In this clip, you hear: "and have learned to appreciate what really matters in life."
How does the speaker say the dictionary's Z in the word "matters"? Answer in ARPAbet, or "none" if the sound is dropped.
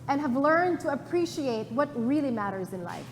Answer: Z